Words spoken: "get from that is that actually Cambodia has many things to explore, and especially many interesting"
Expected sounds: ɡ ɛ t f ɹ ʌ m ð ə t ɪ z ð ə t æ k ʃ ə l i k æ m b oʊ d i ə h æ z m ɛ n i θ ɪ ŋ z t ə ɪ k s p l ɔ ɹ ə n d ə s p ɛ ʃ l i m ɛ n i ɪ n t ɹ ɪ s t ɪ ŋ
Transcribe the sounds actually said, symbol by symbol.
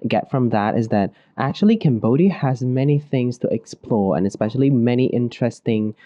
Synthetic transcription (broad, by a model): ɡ ɛ t f ɹ ʌ m ð ə t ɪ z ð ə t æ k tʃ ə l i k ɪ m b oʊ d i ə z m ɛ n i θ ɪ ŋ z t ə ɪ k s p l ɔ ɹ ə n ə s p ɛ ʃ l i m ɛ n i ɪ n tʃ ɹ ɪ s t ɪ ŋ